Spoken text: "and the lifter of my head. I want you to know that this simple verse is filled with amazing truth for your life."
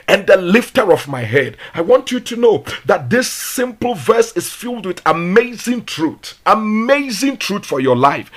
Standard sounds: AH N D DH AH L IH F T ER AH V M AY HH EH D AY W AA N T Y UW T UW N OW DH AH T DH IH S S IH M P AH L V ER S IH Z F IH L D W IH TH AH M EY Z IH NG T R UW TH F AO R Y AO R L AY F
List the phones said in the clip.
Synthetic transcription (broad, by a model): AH N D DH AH L IH F T ER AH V M AY HH EH D AY W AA N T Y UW T UW N OW DH AH T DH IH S S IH M P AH L V ER S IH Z F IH L D W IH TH AH M EY Z IH NG T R UW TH F AO R Y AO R L AY F